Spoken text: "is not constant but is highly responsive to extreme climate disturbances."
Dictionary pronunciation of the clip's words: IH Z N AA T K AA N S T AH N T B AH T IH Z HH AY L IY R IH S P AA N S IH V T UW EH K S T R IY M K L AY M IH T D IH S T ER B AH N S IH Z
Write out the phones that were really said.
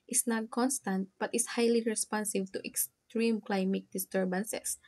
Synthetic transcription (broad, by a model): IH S N AA T K AA N S T AH N T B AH T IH S HH AY L IY R IH S P AA N S IH V T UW EH K S T R IY M K L AY M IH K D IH S T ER B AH N S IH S